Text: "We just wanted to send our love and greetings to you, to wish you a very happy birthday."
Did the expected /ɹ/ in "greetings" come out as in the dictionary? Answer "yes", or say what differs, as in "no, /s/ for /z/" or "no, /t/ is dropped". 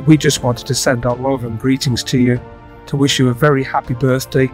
yes